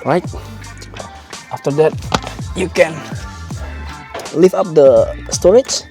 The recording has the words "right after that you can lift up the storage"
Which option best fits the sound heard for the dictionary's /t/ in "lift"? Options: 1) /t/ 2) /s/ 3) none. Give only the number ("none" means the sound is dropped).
3